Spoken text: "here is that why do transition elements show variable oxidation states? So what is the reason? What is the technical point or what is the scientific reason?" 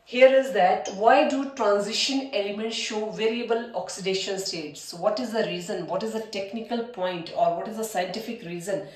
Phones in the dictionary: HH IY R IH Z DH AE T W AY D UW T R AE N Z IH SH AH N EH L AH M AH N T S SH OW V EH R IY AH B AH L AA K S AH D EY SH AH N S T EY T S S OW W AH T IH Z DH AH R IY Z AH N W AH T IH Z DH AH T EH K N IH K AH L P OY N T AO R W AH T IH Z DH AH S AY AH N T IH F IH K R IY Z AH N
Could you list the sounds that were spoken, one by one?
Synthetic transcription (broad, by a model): HH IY R IH Z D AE T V AY D UW T R AE N Z IH SH AH N EH L AH M AH N T S SH OW V EH R IY AH B AH L AA K S AH D EY SH AH N S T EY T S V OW T IH Z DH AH R IY Z AH N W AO T IH Z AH T EH K N IH K AH L P OY N T AO R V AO T IH Z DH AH S AY AH N T IH F IH K R IY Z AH N